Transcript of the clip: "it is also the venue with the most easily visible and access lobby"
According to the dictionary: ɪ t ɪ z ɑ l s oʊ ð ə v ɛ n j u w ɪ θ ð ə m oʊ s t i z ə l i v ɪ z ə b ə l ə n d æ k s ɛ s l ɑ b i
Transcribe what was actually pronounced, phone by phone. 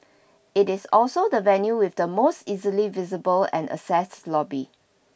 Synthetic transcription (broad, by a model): ɪ t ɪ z ɑ l s oʊ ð ə v ɛ n j u w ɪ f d ə m oʊ s t i z ə l i v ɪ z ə b ə l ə n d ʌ s ɛ s l ɑ b i